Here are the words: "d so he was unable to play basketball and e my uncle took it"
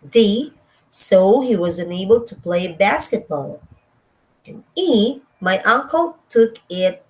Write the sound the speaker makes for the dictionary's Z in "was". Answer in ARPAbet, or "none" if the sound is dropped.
Z